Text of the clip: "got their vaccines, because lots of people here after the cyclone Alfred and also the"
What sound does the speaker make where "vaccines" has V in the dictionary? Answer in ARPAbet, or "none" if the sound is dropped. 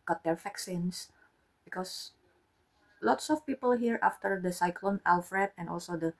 F